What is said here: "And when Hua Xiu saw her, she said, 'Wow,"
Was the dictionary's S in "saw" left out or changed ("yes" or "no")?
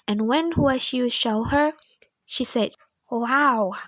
yes